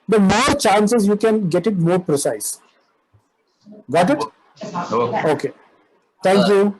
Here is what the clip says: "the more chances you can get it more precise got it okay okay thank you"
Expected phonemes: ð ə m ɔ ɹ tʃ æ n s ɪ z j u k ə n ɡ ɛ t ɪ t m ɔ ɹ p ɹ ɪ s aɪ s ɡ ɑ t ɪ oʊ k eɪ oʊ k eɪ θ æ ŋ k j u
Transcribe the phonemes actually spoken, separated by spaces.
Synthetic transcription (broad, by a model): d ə m ɔ ɹ tʃ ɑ n s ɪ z j u k ə n ɡ ɛ t ɪ t m ɔ ɹ p ɹ ɪ s aɪ s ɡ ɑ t ɪ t oʊ k eɪ t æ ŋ k j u